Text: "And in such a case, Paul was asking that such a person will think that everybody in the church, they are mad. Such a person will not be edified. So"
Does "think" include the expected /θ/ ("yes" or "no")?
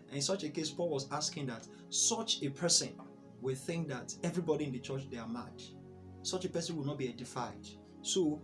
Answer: yes